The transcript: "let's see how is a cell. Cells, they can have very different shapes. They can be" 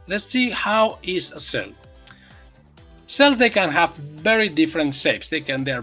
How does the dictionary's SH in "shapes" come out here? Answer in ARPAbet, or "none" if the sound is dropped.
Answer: S